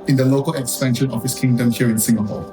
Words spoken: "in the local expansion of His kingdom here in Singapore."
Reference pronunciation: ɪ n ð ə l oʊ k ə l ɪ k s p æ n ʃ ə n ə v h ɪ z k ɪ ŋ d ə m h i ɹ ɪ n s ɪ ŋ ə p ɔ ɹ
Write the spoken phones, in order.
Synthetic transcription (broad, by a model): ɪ n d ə l oʊ k ə l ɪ k s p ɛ n ʃ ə n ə f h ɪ s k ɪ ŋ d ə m h i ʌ ɪ n s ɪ ŋ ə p ɔ